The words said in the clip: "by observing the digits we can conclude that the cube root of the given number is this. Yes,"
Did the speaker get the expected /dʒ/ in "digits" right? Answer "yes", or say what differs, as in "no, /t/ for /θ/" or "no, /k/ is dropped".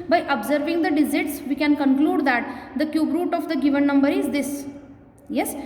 no, /z/ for /dʒ/